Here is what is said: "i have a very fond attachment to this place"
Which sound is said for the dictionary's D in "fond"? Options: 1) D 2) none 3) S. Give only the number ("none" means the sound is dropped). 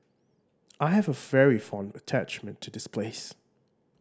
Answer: 1